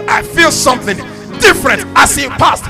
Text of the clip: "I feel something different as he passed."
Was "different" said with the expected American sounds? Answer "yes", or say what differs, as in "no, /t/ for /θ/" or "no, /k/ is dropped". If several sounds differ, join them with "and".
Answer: yes